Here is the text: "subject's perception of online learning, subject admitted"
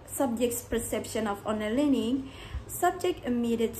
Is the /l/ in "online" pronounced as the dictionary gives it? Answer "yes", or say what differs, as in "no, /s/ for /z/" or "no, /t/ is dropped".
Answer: no, /l/ is dropped